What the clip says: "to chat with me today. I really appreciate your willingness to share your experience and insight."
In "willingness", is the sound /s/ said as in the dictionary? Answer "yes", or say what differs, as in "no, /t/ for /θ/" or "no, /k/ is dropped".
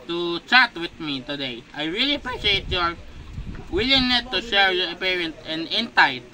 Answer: no, /s/ is dropped